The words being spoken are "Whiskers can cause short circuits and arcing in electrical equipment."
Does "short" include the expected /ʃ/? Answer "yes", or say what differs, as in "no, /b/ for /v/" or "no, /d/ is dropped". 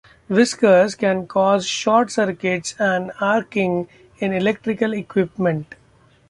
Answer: yes